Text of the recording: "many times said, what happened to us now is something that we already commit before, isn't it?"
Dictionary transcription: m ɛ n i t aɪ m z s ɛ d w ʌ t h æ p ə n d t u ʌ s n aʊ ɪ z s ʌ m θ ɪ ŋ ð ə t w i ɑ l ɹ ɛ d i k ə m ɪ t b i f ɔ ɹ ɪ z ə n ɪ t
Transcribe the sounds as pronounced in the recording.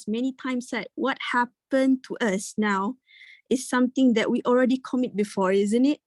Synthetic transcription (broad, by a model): m ɛ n i t aɪ m s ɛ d w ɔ t h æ p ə n t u ʌ s n aʊ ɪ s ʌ m t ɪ ŋ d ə t w i ɑ l ɹ ɛ d i k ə m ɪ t b i f ɔ ɹ ɪ z ə n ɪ t